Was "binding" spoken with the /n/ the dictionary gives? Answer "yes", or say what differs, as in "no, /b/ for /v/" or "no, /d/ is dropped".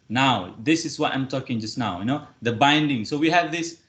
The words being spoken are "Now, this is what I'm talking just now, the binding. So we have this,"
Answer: yes